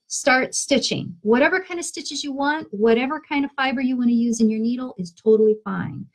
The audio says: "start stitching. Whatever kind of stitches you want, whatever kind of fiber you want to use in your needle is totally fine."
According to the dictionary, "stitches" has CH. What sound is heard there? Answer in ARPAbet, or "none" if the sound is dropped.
CH